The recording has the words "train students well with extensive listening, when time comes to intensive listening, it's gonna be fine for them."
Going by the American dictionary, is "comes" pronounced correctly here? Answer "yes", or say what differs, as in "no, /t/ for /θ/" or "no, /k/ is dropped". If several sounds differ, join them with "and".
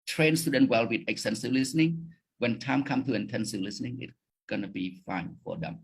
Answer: no, /z/ is dropped